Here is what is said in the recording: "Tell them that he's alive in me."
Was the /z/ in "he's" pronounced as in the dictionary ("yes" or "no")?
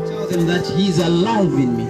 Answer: yes